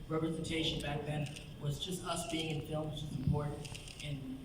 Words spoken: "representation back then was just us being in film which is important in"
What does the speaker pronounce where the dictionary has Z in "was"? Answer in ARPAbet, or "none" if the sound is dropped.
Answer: Z